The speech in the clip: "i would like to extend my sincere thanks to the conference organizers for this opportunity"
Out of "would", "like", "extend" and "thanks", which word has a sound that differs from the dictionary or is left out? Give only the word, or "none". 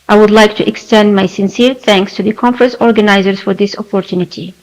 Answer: none